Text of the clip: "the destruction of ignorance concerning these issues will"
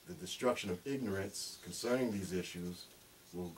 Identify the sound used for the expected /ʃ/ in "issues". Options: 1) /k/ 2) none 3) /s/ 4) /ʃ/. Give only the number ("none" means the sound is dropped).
4